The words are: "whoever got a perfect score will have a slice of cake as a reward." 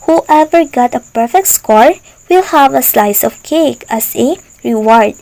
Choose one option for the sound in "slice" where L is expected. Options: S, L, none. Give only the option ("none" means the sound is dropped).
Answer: L